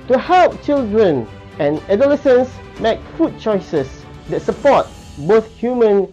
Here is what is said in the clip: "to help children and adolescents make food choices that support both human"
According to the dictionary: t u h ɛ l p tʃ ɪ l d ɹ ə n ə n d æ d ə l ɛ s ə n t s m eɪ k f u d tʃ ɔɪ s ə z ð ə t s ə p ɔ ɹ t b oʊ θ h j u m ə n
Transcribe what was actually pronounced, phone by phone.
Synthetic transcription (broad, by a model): t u h ɛ l p tʃ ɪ l d ɹ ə n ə n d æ d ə l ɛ s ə n s m eɪ k f u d tʃ ɔɪ s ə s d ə t s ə p ɔ t b oʊ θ h j u m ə n